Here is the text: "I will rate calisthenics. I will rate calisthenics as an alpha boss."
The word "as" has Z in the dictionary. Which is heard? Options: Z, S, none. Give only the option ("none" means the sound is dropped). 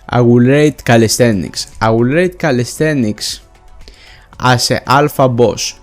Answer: S